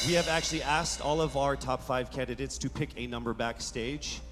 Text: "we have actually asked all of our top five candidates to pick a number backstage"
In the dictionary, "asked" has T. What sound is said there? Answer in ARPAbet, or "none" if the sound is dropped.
T